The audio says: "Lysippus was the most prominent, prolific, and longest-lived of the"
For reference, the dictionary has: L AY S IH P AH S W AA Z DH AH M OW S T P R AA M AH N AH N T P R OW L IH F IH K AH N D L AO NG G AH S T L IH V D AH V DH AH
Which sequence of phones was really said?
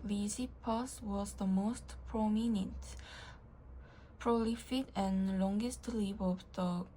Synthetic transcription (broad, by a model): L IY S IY P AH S W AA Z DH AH M OW S T P R AA M AH N AH N T P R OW L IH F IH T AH N L AO NG G AH S T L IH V AH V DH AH